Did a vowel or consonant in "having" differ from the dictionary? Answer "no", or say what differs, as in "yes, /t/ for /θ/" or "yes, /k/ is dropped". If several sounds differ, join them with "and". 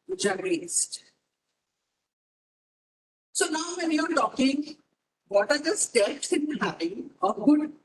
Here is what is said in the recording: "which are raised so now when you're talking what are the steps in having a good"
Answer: yes, /v/ is dropped